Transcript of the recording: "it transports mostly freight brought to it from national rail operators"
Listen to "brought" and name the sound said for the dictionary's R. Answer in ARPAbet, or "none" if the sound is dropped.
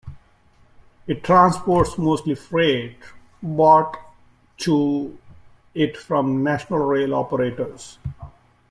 none